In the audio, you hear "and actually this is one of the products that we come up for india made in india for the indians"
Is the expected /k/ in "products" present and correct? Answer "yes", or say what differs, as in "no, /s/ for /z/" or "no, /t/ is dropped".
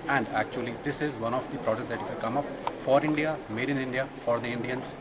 no, /k/ is dropped